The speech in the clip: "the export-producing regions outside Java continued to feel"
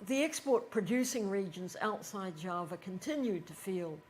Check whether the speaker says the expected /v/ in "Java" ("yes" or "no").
yes